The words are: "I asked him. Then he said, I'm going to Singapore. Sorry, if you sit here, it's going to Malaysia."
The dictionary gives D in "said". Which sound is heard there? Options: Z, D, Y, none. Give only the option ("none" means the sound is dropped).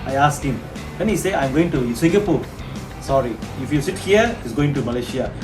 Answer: none